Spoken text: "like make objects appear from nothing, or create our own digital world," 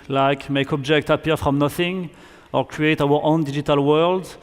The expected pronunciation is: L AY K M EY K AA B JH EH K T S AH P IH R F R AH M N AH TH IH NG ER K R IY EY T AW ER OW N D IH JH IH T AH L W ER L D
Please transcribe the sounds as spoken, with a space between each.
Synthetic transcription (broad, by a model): L AY K M EY K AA B JH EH K T AH P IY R F R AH M N AH TH IH NG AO K R IY EY T AW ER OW N D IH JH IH T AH L W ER L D